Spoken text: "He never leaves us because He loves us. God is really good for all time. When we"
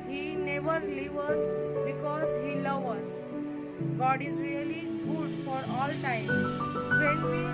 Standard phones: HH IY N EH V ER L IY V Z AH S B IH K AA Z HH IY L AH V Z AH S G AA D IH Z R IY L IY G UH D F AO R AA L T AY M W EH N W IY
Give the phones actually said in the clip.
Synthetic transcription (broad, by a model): HH IY N EH V ER L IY V AH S B IH K AA Z HH IY L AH V AH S G AA D IH Z R IY L IY G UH D F AO R AA L T AY M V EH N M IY